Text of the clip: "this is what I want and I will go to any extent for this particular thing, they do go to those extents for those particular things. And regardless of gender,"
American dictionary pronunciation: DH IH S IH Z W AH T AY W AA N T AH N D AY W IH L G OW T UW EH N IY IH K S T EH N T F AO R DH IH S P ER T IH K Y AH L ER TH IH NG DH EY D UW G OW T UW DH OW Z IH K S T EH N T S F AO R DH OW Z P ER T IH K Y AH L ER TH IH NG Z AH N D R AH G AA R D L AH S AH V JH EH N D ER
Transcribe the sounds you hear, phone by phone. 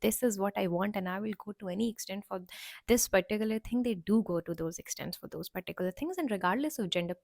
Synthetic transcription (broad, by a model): IH S IH Z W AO T AY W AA N T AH N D AY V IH L G OW T UW EH N IY IH K S T EH N T F AO R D IH S P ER T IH K Y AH L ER T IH NG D EY D UW G OW T UW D OW Z IH K S T EH N T S F AO R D OW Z P ER T IH K Y AH L ER T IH NG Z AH N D R AH G AA R D L AH S AH V JH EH N D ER